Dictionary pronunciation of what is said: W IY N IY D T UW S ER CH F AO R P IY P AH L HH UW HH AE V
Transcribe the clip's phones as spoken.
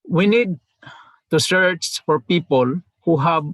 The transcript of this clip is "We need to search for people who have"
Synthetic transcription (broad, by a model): W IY N IY D T UW S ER S F AO R P IY P AH L HH UW HH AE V